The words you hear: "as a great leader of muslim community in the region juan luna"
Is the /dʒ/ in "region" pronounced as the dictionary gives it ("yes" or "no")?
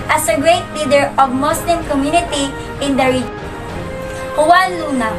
no